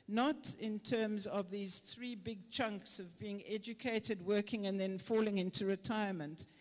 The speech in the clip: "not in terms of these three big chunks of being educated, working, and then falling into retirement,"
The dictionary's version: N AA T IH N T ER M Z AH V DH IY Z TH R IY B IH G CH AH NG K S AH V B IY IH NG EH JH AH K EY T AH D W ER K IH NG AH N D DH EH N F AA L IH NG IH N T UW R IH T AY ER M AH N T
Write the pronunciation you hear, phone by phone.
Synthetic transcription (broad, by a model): N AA T IH N T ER M Z AH V DH IY Z TH R IY B IH G CH AH NG K S AH V B IY IH NG EH JH AH K EY T AH D W ER K IH NG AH N DH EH N F AA L IH NG IH N T UW R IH T AY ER M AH N T